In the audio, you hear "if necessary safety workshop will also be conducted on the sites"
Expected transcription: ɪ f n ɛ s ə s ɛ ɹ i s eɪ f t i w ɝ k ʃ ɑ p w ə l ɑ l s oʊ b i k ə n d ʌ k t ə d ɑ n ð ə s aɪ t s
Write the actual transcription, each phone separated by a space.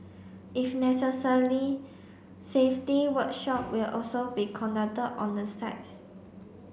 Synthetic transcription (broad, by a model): ɪ f n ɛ s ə s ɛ l i s eɪ f t i w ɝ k ʃ ɑ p w ə l ɑ l s oʊ b i k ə n d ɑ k t ə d ɑ n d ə s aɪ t s